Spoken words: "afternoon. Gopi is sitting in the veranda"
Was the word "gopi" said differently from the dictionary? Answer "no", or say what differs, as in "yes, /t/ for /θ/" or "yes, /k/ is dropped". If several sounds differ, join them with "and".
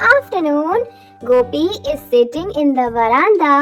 no